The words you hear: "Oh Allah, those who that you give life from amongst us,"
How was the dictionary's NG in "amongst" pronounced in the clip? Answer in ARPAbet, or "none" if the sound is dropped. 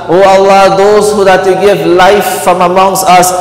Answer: NG